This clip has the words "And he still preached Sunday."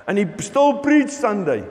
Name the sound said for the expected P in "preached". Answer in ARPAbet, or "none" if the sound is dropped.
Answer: B